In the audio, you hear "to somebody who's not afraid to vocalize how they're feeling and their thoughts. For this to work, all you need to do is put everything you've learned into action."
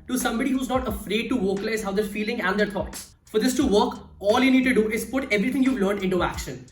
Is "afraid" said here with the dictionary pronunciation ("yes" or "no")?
yes